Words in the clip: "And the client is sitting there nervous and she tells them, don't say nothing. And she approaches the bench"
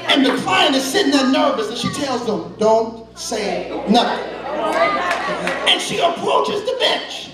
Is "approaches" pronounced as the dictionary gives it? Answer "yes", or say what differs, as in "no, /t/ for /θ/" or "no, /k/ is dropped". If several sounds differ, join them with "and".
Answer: yes